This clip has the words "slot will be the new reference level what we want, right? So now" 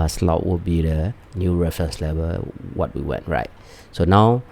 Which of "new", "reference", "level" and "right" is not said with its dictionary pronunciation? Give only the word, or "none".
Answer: reference